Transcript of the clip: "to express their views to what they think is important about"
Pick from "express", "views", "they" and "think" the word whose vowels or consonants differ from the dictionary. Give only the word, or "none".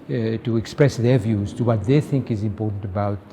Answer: none